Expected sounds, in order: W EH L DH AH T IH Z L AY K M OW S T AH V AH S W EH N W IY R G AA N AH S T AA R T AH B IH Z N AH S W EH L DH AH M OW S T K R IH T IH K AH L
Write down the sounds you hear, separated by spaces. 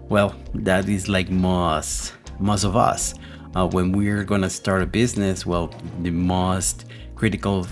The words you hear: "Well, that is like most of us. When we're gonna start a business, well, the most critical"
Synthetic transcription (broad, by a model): W EH L DH AH T IH Z L AY K M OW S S AH V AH S W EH N W IY R G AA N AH S T AA R T AH B IH Z N AH S W EH L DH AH M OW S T K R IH T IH K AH L